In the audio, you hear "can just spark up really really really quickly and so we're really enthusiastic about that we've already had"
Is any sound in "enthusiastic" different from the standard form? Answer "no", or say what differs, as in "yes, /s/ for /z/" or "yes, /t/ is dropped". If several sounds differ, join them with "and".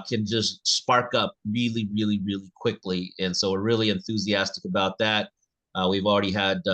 no